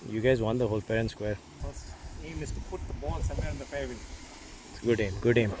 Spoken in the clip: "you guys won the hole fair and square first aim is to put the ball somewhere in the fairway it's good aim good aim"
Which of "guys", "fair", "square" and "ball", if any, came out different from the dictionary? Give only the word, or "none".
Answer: fair